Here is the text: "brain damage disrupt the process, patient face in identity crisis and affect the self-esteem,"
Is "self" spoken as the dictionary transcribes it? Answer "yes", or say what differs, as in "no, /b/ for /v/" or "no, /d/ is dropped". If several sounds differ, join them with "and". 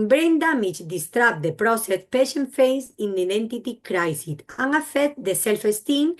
yes